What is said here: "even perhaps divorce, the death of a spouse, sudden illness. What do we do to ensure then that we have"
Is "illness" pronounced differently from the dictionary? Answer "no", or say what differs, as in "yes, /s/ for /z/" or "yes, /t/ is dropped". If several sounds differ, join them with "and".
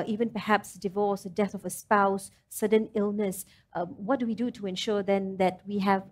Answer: no